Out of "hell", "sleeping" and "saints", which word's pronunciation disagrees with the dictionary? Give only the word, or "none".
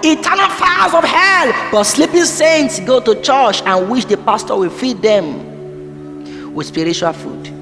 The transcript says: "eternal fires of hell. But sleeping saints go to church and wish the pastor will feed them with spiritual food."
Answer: none